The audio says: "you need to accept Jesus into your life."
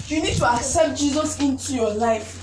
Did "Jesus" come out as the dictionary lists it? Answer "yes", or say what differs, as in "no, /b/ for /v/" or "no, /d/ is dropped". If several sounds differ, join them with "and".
yes